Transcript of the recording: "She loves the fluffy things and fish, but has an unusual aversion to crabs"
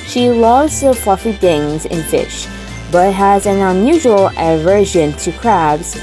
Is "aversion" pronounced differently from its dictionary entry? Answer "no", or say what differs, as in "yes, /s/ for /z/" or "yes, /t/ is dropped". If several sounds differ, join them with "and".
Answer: no